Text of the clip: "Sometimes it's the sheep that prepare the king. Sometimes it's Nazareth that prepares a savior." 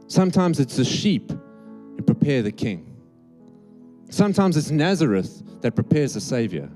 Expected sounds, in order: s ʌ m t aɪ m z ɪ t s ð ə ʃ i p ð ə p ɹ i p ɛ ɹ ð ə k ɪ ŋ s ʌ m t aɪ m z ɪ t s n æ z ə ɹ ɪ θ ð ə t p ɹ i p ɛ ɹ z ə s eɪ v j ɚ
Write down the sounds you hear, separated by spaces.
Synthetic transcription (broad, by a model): s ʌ m t aɪ m z ɪ t s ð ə ʃ i p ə p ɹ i p ɛ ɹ ð ə k ɪ ŋ s ʌ m t aɪ m z ɪ t s n æ z ə ɹ ɪ θ ð ə t p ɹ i p ɛ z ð ə s eɪ v j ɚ